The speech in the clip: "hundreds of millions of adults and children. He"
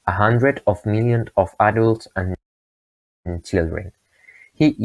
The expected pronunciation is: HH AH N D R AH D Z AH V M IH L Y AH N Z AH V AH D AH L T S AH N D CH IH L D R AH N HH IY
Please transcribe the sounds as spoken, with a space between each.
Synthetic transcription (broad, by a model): HH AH N D R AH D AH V M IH L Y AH N AH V AH D AH L T S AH N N CH IH L D R AH N HH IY